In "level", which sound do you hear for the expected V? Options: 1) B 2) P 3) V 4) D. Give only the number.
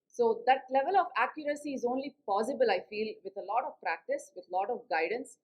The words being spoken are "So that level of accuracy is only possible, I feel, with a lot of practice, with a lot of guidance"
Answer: 3